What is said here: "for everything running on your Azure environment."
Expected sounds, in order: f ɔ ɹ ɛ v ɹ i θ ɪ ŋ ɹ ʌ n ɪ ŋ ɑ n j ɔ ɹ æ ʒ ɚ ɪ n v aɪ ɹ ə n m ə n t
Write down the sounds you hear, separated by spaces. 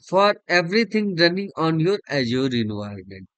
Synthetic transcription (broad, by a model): f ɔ ɹ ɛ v ɹ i t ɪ ŋ ɹ ʌ n ɪ ŋ ɑ n j ɔ ɹ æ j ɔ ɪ n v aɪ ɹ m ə n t